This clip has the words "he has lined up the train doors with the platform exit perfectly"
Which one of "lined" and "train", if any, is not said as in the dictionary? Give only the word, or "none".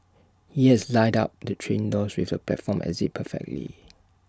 lined